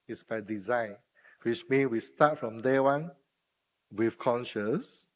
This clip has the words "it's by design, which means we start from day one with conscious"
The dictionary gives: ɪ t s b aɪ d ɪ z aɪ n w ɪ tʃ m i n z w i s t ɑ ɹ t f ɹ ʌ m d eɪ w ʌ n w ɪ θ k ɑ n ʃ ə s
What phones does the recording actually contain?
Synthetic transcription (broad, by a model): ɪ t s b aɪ d ɪ z aɪ n w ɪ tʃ m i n w i s t ɑ t f ɹ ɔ m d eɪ w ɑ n w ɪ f k ɑ n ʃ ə s